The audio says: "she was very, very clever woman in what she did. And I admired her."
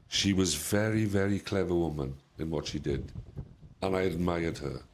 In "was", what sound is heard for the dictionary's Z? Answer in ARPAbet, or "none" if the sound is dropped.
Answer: Z